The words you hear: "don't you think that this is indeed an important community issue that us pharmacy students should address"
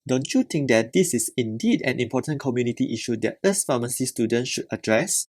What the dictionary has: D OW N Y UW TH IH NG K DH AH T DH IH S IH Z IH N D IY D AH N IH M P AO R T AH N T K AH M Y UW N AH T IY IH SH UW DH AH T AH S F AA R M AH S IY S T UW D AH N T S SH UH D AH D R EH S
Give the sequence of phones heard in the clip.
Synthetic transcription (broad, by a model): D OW N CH UW T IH NG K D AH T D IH S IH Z IH N D IY D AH N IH M P AO T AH N K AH M Y UW N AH T IY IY SH UW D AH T AH S F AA M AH S IY S T UW D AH N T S SH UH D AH D R EH S